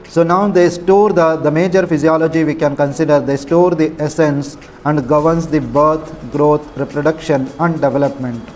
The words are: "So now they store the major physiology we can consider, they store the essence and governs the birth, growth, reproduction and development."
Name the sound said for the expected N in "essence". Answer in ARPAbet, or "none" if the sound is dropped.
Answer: N